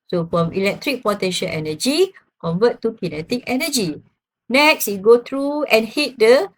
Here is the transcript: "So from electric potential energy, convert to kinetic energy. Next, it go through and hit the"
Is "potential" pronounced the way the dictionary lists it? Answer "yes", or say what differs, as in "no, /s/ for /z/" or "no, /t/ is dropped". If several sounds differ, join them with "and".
no, /n/ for /l/